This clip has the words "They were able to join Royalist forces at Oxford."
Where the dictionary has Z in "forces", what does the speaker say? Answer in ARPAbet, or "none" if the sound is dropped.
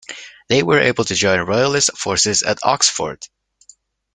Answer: Z